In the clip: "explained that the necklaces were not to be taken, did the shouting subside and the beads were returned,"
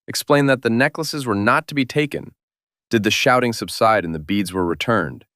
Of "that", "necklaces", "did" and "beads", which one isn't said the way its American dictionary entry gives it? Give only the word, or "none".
none